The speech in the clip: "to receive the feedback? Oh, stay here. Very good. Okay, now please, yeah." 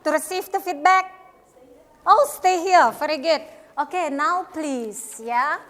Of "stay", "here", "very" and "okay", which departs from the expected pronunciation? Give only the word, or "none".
very